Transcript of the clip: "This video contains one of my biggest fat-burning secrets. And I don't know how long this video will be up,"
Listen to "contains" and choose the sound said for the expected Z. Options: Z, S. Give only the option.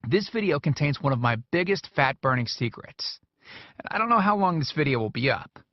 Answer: Z